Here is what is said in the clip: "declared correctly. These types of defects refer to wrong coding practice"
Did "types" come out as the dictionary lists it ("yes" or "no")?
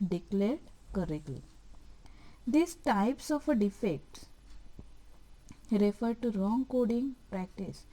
yes